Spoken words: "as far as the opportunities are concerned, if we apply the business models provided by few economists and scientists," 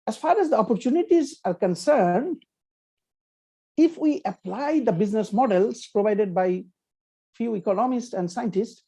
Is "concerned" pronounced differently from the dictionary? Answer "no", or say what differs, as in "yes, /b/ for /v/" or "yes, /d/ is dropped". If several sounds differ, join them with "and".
no